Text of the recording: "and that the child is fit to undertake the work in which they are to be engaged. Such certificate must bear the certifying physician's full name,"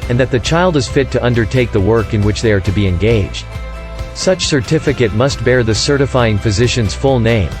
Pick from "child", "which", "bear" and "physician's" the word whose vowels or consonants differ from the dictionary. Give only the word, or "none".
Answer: none